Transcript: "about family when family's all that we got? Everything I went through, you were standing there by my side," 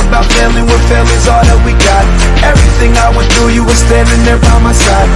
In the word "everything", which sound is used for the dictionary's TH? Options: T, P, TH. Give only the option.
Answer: TH